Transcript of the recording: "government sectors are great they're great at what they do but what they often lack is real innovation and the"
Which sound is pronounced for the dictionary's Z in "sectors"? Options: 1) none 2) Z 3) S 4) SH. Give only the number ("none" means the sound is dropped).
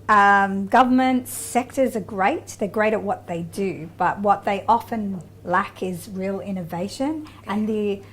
2